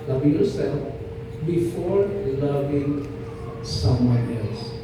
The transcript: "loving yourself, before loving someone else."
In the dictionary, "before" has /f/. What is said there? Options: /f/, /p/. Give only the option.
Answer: /f/